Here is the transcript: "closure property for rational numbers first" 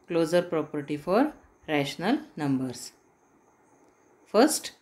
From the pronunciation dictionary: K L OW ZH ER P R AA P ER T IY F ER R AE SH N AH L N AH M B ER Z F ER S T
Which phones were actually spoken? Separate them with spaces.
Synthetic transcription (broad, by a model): K L OW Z ER P R AA P ER T IY F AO R AE SH N AH L N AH M B ER S F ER S T